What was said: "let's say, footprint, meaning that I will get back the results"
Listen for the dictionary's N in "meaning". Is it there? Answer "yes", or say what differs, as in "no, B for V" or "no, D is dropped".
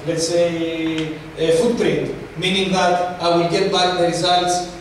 yes